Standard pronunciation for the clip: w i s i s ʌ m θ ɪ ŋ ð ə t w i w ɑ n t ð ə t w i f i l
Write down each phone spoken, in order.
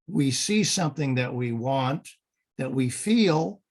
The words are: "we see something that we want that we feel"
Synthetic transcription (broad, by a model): w i s i s ʌ m θ ɪ ŋ ð ə t w i w ɑ n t ð ə t w i f i l